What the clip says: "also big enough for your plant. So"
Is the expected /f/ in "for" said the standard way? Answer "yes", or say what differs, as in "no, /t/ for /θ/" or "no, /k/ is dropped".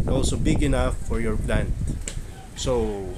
yes